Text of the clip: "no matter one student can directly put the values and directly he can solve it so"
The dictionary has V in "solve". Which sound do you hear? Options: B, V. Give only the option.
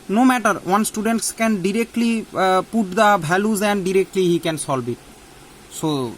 B